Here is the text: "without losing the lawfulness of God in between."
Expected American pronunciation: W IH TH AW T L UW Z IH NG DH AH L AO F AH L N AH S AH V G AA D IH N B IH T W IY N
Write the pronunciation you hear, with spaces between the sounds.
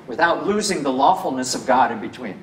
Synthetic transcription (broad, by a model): W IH TH AW T L UW Z IH NG DH AH L AO F L N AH S AH V G AA D IH N B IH T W IY N